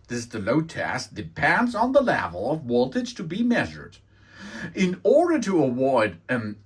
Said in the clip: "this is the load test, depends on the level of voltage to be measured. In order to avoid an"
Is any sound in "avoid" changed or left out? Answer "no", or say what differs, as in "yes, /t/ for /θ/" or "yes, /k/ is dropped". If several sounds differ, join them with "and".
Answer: yes, /w/ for /v/